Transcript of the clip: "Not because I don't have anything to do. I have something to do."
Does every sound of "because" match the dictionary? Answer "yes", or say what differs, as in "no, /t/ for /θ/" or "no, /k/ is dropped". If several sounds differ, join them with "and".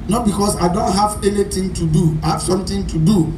no, /s/ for /z/